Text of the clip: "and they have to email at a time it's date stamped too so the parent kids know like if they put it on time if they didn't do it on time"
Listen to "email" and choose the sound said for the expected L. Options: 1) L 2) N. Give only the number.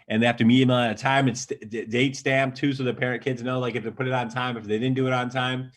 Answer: 2